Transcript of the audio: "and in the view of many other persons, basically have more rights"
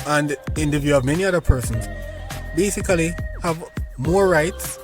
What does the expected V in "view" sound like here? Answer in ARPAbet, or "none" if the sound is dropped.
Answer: V